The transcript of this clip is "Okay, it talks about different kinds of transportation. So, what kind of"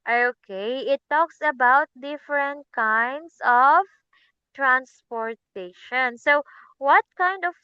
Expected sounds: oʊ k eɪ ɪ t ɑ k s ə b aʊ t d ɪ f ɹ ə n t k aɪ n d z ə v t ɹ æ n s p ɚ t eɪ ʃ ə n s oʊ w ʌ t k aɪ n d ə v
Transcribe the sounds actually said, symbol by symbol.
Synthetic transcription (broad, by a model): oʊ k eɪ ɪ t ɑ k s ə b aʊ t d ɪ f ɹ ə n t k aɪ n d s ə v t ɹ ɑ n s p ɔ t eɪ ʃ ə n s oʊ w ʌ t k aɪ n d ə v